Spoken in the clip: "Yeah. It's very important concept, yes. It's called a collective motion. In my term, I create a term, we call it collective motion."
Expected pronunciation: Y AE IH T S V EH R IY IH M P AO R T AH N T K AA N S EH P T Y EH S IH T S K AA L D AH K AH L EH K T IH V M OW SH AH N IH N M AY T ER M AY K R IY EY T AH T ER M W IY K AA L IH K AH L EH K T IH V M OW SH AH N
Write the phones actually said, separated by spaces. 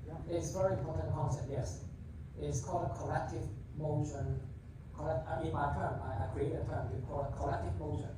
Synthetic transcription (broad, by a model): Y IH T S V EH R IY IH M P AO R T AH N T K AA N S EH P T Y EH S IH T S K AA L D AH K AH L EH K T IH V M OW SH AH N IH N M AY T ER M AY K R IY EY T AH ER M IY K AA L IH K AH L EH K T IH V M OW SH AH N